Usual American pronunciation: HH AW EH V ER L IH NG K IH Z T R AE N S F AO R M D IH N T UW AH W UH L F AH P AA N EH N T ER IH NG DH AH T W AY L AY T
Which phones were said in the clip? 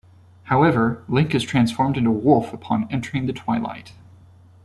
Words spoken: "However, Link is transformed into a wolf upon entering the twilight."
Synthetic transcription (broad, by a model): HH AW EH V ER L IH NG K IH Z T R AE N S F AO R M D IH N T UW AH W UH L F AH P AA N EH N T ER IH NG DH AH T W AY L AY T